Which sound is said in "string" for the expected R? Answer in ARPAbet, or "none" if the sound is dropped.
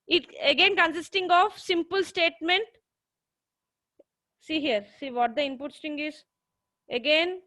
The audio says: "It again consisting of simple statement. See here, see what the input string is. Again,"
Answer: none